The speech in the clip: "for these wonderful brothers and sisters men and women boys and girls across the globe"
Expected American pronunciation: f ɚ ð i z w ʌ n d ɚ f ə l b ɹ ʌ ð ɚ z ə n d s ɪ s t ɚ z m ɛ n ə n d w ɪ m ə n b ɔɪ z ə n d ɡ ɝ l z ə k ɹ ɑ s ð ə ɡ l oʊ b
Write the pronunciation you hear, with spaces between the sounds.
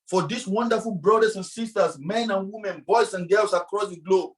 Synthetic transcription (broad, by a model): f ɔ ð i s w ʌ n d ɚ f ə l b ɹ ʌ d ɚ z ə n s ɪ s t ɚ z m ɛ n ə n w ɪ m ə n b ɔɪ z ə n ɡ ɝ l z ə k ɹ ɑ s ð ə ɡ l oʊ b